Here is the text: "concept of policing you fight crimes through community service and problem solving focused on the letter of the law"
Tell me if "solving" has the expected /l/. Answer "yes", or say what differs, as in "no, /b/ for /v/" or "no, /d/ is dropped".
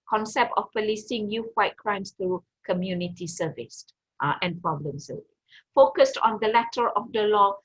no, /l/ is dropped